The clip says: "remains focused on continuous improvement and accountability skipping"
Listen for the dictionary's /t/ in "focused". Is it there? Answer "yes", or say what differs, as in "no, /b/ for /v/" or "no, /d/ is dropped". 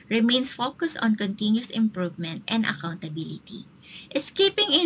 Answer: yes